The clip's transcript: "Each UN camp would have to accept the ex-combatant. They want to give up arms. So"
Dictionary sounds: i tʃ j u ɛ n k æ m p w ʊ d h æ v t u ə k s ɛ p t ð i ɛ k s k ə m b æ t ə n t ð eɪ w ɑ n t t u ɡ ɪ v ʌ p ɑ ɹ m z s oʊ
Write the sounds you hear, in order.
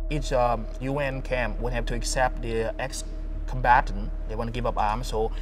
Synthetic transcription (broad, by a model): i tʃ j u ɛ n k æ m p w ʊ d h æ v t u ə k s ɛ p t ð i ɛ k s k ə m b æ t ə n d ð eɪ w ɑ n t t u ɡ ɪ v ʌ p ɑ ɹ m s oʊ